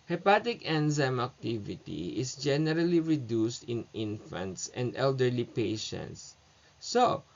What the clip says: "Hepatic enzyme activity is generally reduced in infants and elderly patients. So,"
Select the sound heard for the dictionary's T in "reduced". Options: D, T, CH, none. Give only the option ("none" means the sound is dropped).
T